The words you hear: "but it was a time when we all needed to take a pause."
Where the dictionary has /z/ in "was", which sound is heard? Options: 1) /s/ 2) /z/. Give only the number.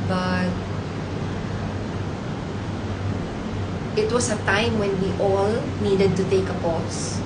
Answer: 1